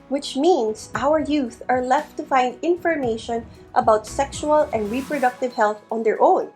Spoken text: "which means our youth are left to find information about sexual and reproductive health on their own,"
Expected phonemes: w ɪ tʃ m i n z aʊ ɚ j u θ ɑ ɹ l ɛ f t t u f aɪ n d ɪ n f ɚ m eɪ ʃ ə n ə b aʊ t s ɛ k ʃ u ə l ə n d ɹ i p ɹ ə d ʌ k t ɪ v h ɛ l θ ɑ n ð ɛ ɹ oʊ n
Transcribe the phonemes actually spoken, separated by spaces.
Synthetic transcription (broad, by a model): w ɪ tʃ m i n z aʊ ɚ j u θ ɑ ɹ l ɛ f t t u f aɪ n d ɪ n f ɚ m eɪ ʃ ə n ə b aʊ t s ɛ k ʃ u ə l ə n d ɹ i p ɹ ə d ʌ k t ɪ v h ɛ l θ ɑ n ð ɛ ɹ oʊ n